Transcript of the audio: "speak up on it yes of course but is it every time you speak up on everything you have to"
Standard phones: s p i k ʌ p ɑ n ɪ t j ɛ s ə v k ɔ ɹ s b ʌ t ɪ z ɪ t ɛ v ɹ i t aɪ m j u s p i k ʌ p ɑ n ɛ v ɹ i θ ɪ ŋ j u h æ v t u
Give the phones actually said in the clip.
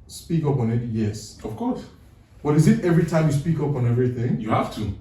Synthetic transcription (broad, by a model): s p i k ʌ p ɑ n ɪ t j ɛ s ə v k ɔ ɹ s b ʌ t ɪ z ɪ t ɛ v ɹ i t aɪ m j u s p i k ʌ p ɑ n ɛ v ɹ i θ ɪ ŋ j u h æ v t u